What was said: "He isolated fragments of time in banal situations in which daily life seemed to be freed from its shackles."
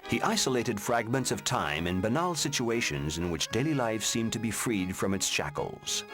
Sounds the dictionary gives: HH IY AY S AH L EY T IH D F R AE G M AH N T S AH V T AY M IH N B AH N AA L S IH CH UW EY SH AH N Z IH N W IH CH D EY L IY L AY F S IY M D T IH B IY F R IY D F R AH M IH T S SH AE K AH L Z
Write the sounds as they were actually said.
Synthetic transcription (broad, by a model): HH IY AY S AH L EY T IH D F R AE G M AH N T S AH V T AY M IH N B AH N AA L S IH CH UW EY SH AH N Z IH N W IH CH D EY L IY L AY F S IY M T IH B IY F R IY D F R AH M IH T S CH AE K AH L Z